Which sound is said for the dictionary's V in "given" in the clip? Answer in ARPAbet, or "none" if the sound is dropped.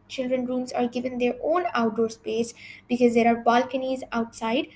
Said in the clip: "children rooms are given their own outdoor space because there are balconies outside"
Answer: V